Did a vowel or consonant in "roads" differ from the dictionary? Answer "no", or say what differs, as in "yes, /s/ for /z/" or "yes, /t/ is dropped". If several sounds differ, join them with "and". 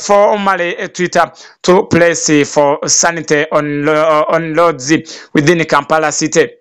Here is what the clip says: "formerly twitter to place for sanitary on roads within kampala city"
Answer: yes, /l/ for /ɹ/